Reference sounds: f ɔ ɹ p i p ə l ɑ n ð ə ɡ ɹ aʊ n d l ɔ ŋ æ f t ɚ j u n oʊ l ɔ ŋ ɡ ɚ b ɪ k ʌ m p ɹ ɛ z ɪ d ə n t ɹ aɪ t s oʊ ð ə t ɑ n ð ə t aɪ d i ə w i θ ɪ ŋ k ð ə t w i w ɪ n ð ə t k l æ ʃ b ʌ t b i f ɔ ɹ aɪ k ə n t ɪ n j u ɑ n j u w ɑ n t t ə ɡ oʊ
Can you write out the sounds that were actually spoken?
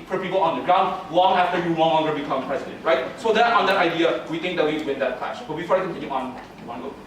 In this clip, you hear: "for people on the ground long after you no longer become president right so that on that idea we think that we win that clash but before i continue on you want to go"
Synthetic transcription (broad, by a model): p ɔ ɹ p i p ə l ɑ n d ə ɡ ɹ aʊ n d l ɔ ŋ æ f t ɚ j u l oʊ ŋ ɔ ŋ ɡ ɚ b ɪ k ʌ m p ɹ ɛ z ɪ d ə n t ɹ aɪ t s oʊ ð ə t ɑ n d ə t aɪ d i ə w i t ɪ ŋ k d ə t w i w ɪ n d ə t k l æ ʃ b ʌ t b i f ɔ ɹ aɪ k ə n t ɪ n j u ɑ n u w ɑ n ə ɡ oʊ